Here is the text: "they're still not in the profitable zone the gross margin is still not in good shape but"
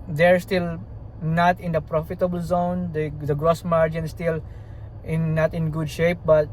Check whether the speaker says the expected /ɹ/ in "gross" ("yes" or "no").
yes